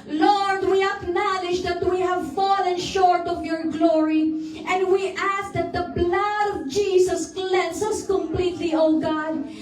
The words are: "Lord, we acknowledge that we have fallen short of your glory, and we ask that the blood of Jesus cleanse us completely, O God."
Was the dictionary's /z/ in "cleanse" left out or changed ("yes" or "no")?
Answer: yes